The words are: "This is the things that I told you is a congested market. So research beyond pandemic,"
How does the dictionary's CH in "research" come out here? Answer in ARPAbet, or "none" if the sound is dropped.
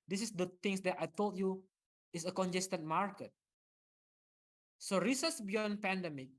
S